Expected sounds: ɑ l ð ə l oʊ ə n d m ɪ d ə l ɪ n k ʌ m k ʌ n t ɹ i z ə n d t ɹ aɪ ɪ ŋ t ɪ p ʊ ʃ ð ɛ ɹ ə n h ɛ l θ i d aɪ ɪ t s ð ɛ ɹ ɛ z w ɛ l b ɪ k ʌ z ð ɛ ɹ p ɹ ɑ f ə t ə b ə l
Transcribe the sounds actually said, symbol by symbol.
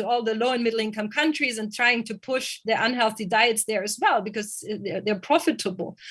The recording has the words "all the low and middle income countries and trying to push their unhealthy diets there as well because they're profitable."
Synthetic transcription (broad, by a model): ɑ l ð ə l oʊ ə n m ɪ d l ɪ n k ʌ m k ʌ n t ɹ i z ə n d t ɹ aɪ ɪ ŋ t ɪ p ʊ ʃ ð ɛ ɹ ə n h ɛ l θ i d aɪ ɪ t s ð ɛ ɹ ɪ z w ɛ l b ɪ k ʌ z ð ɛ ɹ p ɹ ɑ f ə t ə b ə l